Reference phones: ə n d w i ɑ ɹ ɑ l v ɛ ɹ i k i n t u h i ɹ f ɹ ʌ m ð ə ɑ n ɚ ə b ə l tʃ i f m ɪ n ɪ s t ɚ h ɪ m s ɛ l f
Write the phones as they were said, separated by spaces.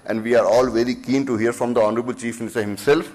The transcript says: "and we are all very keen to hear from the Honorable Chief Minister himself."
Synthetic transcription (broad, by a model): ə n d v i ɑ ɹ ɑ l v ɛ ɹ i k i n t u h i ɹ f ɹ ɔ m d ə ɑ n ɚ ə b ə l tʃ i f m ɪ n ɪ s t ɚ h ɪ m s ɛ l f